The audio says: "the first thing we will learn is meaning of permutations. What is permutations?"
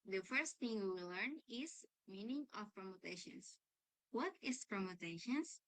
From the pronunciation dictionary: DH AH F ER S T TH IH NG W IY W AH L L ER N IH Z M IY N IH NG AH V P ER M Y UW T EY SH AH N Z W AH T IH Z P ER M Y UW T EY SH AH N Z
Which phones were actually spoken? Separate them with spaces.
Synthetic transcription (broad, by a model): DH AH F ER S T TH IH NG W IY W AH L L ER N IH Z M IY N IH NG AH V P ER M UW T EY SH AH N S W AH T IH S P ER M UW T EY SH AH N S